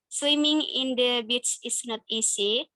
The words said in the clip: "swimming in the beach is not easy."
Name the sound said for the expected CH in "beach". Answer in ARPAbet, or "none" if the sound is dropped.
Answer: S